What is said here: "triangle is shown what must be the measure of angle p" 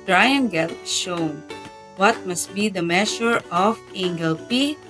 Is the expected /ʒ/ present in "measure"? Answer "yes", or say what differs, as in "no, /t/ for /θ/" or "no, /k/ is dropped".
no, /ʃ/ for /ʒ/